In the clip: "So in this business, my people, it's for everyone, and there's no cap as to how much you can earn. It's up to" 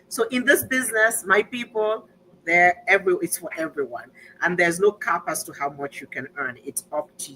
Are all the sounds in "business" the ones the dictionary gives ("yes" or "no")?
yes